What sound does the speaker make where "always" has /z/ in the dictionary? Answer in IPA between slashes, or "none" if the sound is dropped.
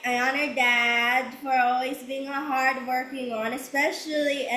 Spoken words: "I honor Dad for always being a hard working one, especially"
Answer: /z/